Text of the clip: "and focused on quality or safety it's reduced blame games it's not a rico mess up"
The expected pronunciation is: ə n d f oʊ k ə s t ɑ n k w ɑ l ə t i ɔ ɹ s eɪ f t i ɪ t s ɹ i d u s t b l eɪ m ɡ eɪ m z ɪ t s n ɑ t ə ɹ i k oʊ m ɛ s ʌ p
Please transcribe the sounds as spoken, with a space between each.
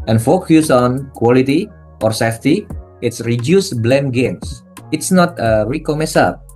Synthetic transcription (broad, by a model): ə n f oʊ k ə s ɑ n k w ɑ l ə t i ɔ ɹ s eɪ f t i ɪ t s ɹ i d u s b l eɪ m ɡ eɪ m s ɪ t s n ɑ t ə ɹ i k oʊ m ɛ s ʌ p